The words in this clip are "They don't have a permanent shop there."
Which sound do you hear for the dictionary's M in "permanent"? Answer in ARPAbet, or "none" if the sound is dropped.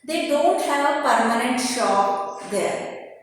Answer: M